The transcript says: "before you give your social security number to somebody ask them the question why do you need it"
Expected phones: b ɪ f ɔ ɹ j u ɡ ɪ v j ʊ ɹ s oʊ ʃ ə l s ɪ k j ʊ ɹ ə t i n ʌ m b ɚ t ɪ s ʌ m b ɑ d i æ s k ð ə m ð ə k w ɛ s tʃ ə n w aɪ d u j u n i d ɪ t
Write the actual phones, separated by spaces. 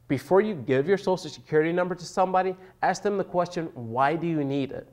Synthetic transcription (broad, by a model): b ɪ f ɔ ɹ j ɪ ɡ ɪ v j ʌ ɹ s oʊ s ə s ɪ k j ʊ ɹ ə t i n ʌ m b ɚ t ɪ s ʌ m b ɑ d i æ s k ð ə m ð ə k w ɛ s tʃ ə n w aɪ d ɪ j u n i d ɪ t